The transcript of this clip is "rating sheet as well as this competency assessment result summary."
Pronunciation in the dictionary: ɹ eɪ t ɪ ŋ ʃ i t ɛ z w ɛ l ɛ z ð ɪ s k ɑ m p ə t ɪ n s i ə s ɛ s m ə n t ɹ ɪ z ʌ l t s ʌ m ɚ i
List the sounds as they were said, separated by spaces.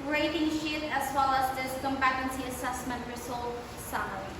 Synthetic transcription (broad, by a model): ɹ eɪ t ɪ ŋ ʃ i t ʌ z w ɛ l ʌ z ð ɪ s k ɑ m b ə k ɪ n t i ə s ɛ s m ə n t ɹ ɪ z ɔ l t s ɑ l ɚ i